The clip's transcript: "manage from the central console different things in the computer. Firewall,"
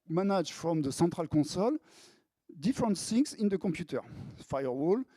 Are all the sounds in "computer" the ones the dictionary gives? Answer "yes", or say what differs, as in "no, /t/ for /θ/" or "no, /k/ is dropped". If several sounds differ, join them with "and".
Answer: yes